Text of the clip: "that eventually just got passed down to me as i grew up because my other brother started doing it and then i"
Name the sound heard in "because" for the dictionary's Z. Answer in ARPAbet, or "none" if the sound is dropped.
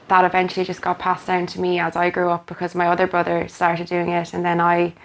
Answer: Z